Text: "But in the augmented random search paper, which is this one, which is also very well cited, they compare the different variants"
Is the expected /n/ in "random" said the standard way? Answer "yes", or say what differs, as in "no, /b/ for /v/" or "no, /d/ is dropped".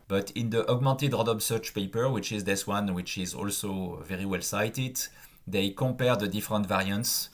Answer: no, /n/ is dropped